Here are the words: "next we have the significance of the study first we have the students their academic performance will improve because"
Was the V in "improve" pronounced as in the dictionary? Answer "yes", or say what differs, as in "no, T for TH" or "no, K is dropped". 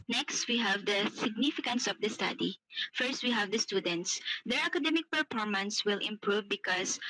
yes